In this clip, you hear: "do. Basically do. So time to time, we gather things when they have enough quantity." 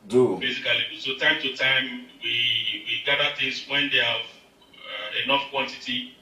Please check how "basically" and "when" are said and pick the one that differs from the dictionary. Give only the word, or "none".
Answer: basically